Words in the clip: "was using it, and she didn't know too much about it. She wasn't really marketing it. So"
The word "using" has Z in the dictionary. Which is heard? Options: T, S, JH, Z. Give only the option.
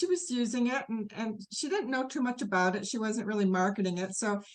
Z